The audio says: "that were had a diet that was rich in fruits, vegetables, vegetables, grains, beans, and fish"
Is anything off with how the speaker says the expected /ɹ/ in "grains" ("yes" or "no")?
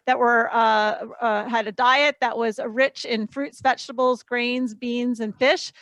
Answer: no